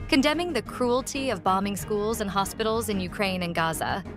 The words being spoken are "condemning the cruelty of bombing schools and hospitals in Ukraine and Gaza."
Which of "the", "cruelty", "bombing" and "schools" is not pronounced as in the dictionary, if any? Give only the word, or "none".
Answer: none